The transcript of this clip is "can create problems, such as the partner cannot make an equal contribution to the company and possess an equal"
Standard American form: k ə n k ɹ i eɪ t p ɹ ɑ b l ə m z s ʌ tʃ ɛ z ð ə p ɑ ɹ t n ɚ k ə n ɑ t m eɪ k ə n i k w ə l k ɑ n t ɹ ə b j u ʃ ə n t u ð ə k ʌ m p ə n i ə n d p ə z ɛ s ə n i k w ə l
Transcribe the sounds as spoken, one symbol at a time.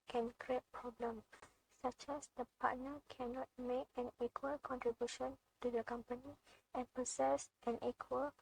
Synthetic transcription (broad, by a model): k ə n k ɹ i eɪ t p ɹ ɑ b l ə m s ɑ tʃ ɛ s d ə p ɑ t n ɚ k ə n ɑ t m eɪ k ə n i k w ə l k ɑ n t ɹ ə b j u ʃ ə n t u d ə k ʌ m p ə n i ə n p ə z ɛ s ə n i k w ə l